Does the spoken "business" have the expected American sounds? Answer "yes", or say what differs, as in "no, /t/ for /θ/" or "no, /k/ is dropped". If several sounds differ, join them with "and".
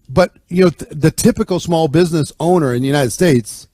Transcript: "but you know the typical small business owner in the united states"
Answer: yes